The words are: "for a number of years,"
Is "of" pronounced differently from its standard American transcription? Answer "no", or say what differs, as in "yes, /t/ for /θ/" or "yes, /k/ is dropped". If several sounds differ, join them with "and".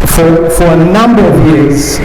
no